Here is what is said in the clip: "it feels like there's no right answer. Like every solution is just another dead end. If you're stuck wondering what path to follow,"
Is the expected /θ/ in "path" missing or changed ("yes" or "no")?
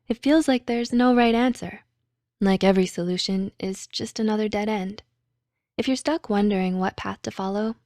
no